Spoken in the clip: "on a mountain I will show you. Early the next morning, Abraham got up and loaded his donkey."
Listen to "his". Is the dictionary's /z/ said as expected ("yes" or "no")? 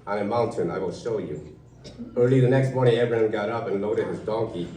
yes